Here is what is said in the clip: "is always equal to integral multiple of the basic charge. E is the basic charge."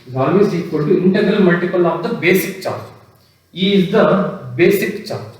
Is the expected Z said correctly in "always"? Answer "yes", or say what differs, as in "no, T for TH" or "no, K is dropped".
no, S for Z